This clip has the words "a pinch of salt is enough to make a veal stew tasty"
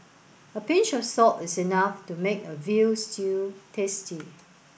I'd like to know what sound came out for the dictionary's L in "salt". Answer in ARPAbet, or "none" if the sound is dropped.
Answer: none